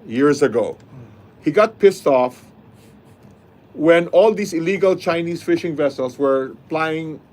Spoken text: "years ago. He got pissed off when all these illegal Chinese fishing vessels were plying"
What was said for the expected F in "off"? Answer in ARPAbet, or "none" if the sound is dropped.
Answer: F